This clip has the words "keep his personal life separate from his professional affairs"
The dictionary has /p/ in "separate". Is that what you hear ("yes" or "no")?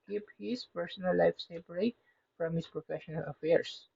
no